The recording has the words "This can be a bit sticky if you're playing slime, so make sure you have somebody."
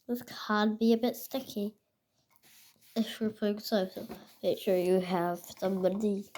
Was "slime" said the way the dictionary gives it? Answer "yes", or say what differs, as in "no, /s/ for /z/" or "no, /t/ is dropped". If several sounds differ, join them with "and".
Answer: no, /l/ is dropped